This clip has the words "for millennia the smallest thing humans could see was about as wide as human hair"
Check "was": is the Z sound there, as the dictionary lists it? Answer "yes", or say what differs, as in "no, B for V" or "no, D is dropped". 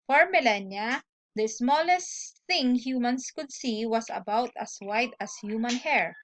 no, S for Z